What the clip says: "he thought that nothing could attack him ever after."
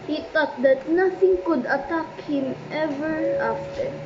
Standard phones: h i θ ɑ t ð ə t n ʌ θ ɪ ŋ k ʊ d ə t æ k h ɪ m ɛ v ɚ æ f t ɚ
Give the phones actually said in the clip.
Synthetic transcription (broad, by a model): h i t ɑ t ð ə t n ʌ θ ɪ ŋ k ʊ d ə t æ k h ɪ m ɛ v ɚ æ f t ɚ